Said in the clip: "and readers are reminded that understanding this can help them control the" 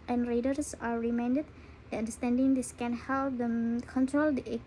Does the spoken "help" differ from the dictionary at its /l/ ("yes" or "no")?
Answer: no